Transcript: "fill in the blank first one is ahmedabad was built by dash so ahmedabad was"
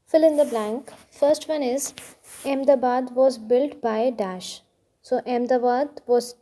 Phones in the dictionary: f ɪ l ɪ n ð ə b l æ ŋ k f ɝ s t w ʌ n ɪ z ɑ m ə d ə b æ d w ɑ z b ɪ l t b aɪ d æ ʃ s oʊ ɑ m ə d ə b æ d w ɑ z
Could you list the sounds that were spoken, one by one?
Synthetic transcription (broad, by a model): f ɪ l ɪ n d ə b l æ ŋ k f ɝ s t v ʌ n ɪ z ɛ m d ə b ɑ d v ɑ z b ɪ l t b aɪ d æ ʃ s oʊ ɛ m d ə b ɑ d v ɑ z